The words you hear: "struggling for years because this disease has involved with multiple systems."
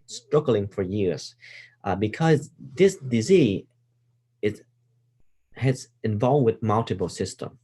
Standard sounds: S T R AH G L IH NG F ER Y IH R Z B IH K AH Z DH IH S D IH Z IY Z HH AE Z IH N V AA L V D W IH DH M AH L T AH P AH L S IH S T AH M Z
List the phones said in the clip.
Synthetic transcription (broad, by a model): S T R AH G L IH NG F ER Y IH R Z B IH K AH Z DH IH S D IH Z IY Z HH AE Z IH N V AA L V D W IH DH M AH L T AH B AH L S IH S T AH M